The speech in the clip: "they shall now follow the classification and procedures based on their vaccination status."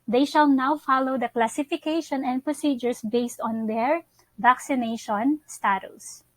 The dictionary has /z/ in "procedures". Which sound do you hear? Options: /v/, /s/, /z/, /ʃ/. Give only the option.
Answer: /s/